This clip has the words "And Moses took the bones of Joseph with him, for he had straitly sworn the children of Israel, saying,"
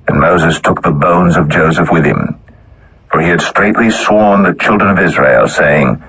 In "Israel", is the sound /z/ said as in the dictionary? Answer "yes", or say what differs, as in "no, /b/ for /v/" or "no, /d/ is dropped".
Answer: yes